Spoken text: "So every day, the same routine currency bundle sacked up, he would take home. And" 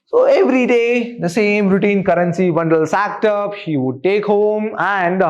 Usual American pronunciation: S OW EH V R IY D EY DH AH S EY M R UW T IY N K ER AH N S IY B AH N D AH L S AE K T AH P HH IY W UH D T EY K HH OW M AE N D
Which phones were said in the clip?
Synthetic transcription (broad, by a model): S OW EH V R IY D EY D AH S EY M R UW T IY N K ER AH N S IY B AH N D AH L S AE K T AH P HH IY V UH D T EY K HH OW M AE N D